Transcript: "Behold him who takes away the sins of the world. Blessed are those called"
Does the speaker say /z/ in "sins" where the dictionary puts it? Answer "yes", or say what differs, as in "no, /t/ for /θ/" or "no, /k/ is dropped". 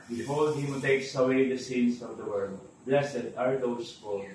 no, /s/ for /z/